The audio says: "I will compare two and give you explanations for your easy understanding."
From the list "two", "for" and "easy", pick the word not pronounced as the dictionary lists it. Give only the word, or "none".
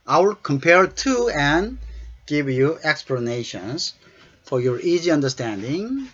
none